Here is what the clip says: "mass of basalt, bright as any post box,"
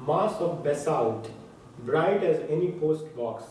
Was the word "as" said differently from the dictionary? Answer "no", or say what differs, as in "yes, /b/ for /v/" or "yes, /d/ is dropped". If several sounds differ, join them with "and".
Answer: no